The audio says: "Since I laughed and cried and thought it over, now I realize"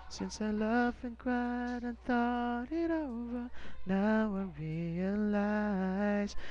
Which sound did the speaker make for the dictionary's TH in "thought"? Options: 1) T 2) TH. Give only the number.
2